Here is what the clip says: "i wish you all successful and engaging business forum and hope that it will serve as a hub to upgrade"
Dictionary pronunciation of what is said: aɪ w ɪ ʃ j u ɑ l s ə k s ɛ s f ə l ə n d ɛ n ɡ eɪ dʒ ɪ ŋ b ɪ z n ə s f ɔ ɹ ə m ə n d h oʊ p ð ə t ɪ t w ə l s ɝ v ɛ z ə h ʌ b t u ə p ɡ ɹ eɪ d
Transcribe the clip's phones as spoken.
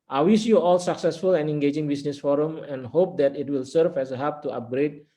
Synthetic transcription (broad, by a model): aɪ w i s j u ɑ l s ə k s ɛ s f ə l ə n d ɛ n ɡ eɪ dʒ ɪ ŋ b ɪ s n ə s f ɔ ɹ ə m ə n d h oʊ p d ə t ɪ t w ə l s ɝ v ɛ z ə h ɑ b t u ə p ɡ ɹ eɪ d